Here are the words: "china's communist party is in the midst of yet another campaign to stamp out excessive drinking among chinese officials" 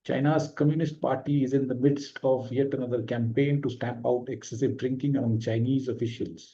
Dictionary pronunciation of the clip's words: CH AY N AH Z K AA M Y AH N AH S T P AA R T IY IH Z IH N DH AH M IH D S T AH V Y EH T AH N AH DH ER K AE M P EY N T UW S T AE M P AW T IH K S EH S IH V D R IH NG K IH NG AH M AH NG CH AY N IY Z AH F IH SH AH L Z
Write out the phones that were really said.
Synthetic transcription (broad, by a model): CH AY N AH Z K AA M Y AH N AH S T P AA R T IY IH Z IH N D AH M IH D S T AH V Y EH T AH N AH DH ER K AE M P EY N T UW S T AE M P AW T IH K S EH S IH V D R IH NG K IH NG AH M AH NG CH AY N IY Z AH F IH SH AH L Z